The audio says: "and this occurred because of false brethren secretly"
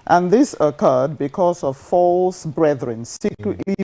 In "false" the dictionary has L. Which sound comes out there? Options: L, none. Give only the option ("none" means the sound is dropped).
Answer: L